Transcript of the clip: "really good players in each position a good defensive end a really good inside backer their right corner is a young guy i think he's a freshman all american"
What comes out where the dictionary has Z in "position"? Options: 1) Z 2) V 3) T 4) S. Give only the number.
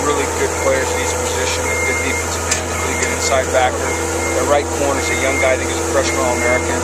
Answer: 1